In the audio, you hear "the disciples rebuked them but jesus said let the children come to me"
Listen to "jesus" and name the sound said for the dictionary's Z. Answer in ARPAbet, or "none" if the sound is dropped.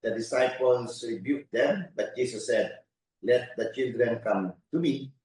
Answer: S